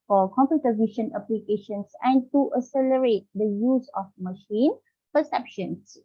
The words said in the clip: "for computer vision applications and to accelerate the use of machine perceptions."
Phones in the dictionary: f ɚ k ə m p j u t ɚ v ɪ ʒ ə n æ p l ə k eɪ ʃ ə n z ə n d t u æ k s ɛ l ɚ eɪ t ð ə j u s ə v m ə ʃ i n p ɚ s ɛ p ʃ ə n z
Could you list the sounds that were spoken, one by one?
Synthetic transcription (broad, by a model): f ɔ k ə m p j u t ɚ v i ʃ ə n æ p l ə k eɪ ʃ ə n s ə n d t u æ s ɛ l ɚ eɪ t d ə j u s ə f m ə ʃ i n p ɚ s ɛ p ʃ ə n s